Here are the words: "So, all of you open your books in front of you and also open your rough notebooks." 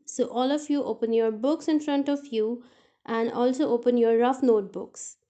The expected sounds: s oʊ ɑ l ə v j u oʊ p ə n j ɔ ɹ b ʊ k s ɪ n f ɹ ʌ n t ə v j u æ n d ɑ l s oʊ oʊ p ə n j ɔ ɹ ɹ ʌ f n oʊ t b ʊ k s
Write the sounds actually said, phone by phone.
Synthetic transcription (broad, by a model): s oʊ ɑ l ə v j u oʊ p ə n j ɔ ɹ b ʊ k s ɪ n f ɹ ʌ n t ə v j u æ n d ɑ l s oʊ oʊ p ə n j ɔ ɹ ɹ ʌ f n oʊ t b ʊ k s